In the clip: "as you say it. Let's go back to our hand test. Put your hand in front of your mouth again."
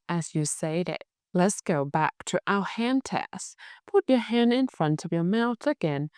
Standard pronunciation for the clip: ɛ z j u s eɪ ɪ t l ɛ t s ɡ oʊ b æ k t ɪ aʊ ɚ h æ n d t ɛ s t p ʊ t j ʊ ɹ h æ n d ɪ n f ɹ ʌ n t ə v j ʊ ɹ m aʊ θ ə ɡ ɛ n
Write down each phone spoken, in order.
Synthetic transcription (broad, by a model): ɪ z j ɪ s eɪ ɪ t l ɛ t s ɡ oʊ b æ k t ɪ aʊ h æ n t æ s p ʊ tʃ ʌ ɹ h æ n d ɪ n f ɹ ʌ n t ə v j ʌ ɹ m aʊ θ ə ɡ ɛ n